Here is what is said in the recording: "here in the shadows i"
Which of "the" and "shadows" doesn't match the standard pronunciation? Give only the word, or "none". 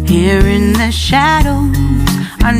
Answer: shadows